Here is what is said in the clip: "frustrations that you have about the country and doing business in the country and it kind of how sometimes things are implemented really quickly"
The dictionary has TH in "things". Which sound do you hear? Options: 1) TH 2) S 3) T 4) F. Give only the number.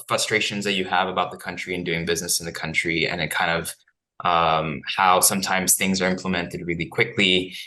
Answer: 1